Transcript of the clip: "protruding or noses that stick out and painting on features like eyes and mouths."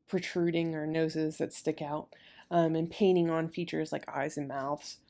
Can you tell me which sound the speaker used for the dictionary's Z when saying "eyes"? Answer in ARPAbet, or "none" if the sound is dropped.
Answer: Z